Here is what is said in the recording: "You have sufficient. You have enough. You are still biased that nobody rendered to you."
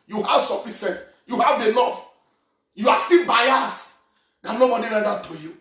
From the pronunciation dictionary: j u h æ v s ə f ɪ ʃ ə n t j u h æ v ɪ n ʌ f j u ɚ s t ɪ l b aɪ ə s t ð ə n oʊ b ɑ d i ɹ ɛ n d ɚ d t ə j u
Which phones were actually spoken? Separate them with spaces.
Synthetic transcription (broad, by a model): j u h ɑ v s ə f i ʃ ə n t j u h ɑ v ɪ l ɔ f j u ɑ s t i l b aɪ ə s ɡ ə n oʊ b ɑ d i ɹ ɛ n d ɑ t ə j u